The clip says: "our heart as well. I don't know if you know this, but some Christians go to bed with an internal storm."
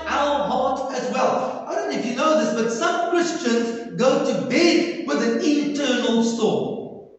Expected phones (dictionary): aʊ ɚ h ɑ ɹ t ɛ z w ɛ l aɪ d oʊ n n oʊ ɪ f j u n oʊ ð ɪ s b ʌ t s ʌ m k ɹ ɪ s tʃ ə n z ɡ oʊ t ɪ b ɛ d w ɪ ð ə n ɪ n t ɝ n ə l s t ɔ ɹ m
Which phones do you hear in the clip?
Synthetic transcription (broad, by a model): aʊ ɚ h ɑ ɹ t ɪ z w ɛ l aɪ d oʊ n n oʊ ɪ f j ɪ n oʊ ð ɪ s b ʌ t s ʌ m k ɹ ɪ s tʃ ə n z ɡ oʊ t ɪ b ɛ d w ɪ ð ə n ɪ t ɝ n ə l s t ɔ